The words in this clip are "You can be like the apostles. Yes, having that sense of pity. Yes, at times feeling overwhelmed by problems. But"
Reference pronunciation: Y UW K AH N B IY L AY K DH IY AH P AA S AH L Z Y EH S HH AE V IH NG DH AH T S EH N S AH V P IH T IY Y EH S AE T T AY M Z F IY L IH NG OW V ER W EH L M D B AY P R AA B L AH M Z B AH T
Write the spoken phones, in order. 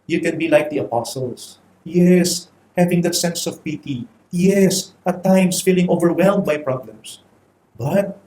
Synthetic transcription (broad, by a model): Y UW K AH N B IY L AY K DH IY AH P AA S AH L S Y EH S HH AE V IH NG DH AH T S EH N S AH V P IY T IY Y EH S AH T T AY M S F IY L IH NG OW V ER W EH L M D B AY P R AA B L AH M S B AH T